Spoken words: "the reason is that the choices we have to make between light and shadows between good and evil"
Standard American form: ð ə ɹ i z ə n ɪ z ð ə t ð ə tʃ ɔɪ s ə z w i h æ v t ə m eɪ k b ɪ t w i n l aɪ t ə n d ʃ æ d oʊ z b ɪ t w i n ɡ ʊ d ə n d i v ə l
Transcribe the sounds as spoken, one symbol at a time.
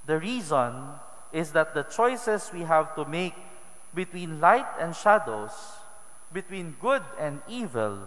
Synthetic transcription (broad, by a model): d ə ɹ i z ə n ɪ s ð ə t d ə tʃ ɔɪ s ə s w i h æ v t ə m eɪ k b ɪ t w i n l aɪ t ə n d ʃ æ d oʊ s b ɪ t w i n ɡ ʊ d ə n d i v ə l